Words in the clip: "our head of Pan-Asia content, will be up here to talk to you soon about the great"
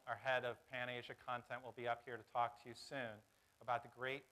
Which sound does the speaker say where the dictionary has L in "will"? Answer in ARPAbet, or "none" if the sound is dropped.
L